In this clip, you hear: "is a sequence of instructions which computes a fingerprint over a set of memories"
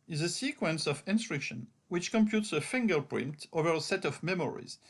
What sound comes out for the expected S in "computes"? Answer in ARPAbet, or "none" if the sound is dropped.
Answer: S